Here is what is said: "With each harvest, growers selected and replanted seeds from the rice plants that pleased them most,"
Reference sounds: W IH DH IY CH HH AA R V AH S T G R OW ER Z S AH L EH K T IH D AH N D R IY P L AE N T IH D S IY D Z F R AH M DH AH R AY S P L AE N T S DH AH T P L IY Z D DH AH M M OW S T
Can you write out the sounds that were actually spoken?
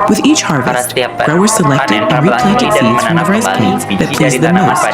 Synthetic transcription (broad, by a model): W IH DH IY CH HH AA R V AH S T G R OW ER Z S AH L EH K T IH D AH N R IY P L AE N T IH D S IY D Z F R AH M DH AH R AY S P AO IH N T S DH AH T P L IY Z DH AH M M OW S T